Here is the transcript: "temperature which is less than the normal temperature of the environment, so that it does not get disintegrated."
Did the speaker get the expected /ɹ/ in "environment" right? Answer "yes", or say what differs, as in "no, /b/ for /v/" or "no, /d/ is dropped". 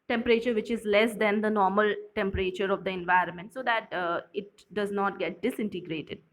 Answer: yes